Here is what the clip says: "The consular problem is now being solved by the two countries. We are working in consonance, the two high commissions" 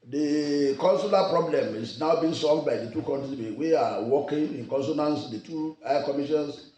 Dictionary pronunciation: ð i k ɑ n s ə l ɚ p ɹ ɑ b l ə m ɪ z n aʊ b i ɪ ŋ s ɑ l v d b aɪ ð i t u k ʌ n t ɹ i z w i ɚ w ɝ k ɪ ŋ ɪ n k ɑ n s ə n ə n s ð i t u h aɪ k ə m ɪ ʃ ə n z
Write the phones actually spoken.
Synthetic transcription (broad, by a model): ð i k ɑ n s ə l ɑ p ɹ ɑ b l ə m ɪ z n aʊ b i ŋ s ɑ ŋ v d b aɪ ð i t u k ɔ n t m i w i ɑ w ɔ k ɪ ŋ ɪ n k ɑ n s ə n ə n s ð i t u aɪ k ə m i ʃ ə n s